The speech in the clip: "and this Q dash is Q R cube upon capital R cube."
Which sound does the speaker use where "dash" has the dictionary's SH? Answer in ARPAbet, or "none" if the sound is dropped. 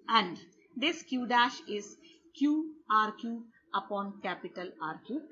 SH